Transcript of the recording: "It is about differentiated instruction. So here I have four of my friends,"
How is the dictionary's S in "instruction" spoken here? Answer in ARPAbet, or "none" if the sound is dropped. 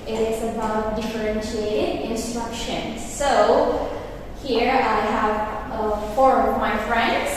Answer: S